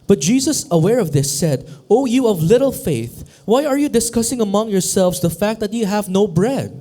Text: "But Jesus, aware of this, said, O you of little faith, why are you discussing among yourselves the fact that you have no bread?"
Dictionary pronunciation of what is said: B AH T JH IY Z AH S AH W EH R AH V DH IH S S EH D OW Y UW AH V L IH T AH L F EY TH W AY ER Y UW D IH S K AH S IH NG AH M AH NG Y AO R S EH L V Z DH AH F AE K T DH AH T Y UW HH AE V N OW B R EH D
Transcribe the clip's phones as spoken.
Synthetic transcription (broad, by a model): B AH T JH IY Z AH S AH W EH R AH V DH IH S S EH D OW Y UW AH V L IH T L F EY TH W AY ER Y UW D IH S K AH S IH NG AH M AH NG Y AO R S EH L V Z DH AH F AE K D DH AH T Y UW HH AE V N OW B R EH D